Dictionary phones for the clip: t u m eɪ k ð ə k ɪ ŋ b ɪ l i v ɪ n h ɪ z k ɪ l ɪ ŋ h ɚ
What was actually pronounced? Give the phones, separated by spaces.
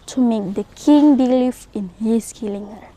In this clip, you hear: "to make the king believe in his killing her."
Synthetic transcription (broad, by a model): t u m eɪ k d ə k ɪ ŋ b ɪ l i f ɪ n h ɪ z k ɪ l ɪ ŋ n